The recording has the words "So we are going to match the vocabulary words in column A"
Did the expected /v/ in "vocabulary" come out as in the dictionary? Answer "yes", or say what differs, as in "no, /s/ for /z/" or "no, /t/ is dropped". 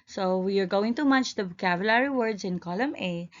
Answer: no, /b/ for /v/